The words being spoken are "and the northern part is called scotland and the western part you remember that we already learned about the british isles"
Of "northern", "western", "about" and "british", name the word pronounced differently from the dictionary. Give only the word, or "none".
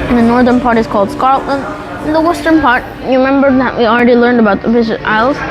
british